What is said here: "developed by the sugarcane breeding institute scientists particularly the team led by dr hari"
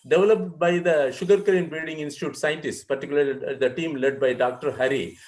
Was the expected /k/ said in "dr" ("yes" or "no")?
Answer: yes